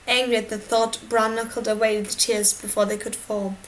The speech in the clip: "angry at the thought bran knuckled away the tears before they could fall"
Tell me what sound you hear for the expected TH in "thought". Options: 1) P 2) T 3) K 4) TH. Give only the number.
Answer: 4